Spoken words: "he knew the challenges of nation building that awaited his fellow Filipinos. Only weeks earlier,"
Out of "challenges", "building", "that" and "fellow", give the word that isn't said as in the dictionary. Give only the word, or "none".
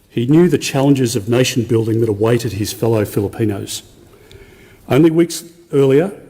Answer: none